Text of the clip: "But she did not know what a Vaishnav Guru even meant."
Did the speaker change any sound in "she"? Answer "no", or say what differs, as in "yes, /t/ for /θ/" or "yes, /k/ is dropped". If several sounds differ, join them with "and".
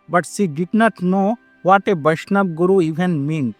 yes, /s/ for /ʃ/